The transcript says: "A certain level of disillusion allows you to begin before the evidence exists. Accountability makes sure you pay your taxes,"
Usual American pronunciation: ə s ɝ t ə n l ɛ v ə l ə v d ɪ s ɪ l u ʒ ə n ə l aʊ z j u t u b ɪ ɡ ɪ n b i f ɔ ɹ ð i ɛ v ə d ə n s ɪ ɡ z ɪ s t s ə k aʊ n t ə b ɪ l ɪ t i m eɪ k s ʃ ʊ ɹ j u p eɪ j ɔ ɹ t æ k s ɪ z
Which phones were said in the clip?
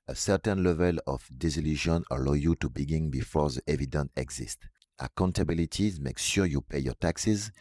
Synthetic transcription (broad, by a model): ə s ɝ t ə n l ɛ v ə l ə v d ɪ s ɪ l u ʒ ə n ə l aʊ j u t u b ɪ ɡ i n b i f ɔ ɹ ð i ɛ v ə d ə n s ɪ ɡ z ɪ s t ə k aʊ n t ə b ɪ l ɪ t i m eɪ k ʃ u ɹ j u p eɪ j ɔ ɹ t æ k s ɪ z